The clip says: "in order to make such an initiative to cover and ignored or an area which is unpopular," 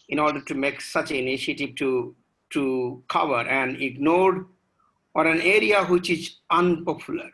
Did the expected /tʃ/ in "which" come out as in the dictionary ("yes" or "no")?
yes